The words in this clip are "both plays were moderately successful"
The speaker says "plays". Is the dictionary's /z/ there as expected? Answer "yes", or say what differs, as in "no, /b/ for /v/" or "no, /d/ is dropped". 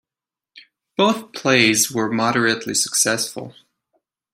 yes